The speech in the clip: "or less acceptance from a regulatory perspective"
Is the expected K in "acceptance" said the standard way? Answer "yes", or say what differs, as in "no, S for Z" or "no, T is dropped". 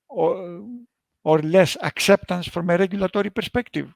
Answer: yes